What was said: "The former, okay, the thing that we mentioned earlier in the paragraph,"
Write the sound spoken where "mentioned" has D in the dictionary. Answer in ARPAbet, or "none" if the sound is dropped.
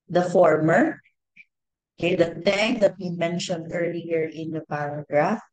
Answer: D